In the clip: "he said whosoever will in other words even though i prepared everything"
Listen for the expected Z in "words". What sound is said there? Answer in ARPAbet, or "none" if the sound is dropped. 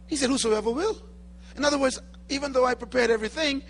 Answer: Z